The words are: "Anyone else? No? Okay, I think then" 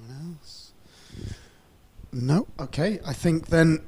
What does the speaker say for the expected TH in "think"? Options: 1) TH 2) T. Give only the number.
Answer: 1